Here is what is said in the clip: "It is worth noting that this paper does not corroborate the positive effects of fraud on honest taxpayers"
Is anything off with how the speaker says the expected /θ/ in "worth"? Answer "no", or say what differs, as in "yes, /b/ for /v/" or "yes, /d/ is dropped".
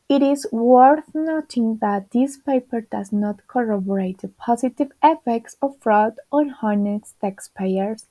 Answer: no